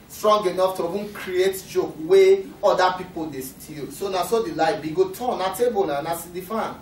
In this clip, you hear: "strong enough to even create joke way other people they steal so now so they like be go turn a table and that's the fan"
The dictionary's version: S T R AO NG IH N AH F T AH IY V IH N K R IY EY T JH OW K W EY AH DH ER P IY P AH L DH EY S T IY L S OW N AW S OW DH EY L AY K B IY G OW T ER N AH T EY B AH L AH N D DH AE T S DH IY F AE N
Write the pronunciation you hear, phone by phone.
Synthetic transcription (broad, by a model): S T R AO NG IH N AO F T AH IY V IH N K R IY EY T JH OW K W EY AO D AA P IY P AH L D EY S T IY L S OW N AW S OW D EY L AY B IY G OW T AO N AH T EY B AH N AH N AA S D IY F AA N